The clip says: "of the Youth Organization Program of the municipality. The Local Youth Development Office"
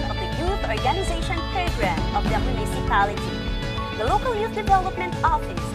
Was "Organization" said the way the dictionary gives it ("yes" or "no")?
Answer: yes